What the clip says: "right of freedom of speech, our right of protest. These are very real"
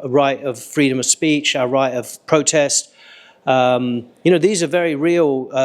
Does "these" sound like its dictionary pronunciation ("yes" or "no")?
yes